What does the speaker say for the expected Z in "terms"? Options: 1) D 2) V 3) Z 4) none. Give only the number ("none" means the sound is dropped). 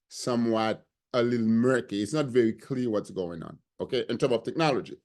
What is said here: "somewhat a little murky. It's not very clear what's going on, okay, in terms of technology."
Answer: 4